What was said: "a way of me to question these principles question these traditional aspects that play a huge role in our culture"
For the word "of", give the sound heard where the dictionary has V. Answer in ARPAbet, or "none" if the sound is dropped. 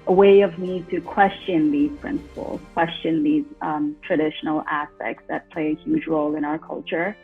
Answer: V